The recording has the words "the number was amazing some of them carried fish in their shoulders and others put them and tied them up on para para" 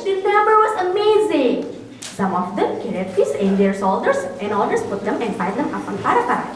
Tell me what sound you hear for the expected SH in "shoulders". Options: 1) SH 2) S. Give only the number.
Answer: 2